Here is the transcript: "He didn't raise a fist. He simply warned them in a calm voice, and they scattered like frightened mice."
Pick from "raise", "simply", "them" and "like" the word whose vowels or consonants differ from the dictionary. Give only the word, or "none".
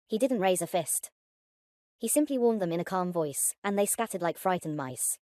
none